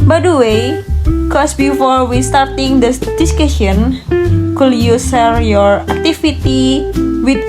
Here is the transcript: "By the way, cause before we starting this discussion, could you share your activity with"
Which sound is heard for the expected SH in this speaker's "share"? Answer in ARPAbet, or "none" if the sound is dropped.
S